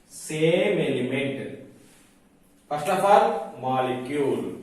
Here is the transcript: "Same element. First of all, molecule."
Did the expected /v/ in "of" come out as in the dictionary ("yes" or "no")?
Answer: no